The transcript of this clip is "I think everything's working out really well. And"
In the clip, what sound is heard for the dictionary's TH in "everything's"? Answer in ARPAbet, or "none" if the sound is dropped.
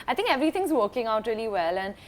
T